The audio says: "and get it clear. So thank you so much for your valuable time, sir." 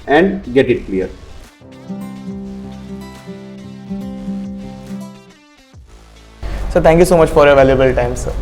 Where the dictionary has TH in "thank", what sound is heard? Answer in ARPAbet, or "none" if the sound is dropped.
T